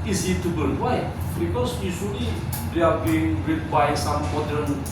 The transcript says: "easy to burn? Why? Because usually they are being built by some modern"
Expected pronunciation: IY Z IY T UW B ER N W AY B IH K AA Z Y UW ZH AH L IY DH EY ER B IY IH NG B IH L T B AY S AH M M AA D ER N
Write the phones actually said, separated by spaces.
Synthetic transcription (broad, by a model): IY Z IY T UW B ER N W AY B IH K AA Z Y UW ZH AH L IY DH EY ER B IY IH NG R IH T B AY S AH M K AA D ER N